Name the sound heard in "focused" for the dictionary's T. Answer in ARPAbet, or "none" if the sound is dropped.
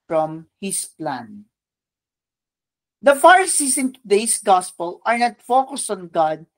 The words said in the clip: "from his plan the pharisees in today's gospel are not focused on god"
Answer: T